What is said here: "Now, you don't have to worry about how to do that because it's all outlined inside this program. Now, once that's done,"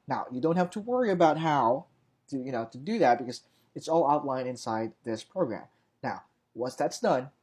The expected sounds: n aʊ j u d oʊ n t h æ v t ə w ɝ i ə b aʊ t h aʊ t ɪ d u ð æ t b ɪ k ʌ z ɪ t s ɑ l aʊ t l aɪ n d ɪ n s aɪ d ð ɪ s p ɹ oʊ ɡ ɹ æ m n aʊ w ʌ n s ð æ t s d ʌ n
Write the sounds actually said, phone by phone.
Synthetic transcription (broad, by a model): n aʊ j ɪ d oʊ n t h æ f t ə w ɝ i ə b aʊ t h aʊ t ɪ d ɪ ð æ t b ɪ k ʌ z ɪ t s ɑ l aʊ t l aɪ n ɪ n s aɪ d ð ɪ s p ɹ oʊ ɡ ɹ æ m n aʊ w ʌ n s ð æ t s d ʌ n